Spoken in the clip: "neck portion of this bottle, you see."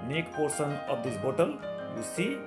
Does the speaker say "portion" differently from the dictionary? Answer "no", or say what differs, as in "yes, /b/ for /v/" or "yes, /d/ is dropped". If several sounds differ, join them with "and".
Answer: yes, /s/ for /ʃ/